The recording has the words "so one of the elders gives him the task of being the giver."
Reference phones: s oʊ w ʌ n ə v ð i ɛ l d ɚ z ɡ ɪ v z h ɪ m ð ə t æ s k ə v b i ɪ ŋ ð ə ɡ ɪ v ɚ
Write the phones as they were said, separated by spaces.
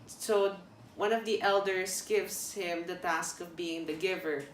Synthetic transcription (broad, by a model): s oʊ w ʌ n ə v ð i ɛ l d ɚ s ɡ ɪ v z h ɪ m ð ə t æ s k ə v b i ɪ ŋ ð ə ɡ ɪ v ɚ